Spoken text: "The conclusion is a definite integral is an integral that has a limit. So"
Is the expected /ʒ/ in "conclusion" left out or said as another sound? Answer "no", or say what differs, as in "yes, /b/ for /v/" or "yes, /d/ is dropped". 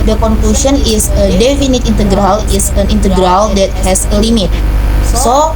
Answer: yes, /s/ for /ʒ/